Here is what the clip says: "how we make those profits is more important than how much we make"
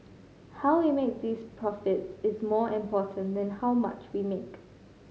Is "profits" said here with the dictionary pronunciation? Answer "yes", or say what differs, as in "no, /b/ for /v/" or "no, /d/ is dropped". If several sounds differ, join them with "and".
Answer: yes